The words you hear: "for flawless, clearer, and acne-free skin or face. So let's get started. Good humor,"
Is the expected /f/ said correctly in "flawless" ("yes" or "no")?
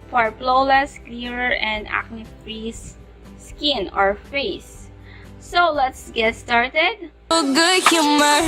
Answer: no